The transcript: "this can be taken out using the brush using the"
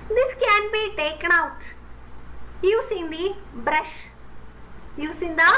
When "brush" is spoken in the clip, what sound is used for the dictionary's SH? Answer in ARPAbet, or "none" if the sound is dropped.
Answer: SH